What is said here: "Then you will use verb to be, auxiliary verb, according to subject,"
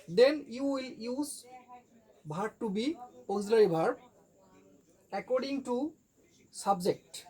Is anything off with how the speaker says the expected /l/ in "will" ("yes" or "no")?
no